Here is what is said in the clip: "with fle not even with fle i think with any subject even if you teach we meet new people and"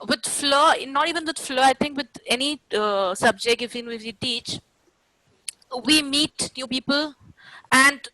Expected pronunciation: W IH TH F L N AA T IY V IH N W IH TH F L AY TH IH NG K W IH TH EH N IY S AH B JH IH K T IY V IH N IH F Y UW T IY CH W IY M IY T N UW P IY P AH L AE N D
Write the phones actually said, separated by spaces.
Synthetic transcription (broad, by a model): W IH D F L N AA T IY V IH N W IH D F L AY T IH NG K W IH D EH N IY S AH B JH IH K T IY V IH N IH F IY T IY CH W IY M IY T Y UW P IY P AH L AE N D